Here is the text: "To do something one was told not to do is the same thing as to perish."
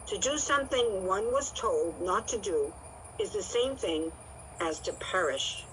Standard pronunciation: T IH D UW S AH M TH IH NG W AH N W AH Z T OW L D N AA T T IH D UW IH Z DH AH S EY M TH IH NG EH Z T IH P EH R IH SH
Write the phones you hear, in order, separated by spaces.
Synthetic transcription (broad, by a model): T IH D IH S AH M TH IH NG W AH N W AH Z T OW L D N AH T T IH D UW IH Z DH AH S EY M TH IH NG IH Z T IH P EH R IH SH